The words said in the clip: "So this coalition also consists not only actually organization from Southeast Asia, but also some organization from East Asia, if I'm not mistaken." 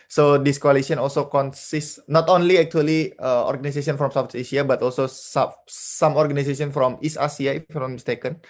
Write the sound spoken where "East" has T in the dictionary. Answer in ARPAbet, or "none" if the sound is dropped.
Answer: none